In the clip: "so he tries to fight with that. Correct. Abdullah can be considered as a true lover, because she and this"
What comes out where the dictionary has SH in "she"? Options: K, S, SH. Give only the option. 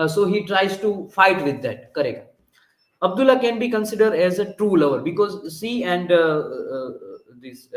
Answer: S